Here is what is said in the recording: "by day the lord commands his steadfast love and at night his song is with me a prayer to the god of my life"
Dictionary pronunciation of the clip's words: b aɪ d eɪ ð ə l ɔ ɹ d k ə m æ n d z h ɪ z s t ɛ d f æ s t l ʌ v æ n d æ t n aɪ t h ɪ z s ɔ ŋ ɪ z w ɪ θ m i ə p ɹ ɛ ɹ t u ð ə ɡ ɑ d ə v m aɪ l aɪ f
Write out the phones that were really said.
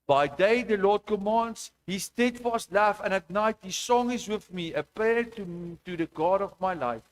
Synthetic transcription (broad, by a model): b aɪ d eɪ ð ə l ɔ d k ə m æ n d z h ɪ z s t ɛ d f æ s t l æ f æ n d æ t n aɪ t h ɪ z s ɔ ŋ ɪ z w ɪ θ m i ə p ɛ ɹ t u ð ə ɡ ɑ d ə v m aɪ l aɪ f